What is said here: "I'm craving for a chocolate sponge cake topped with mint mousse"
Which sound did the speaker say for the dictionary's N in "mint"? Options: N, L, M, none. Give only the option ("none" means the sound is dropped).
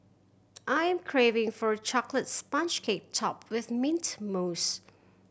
N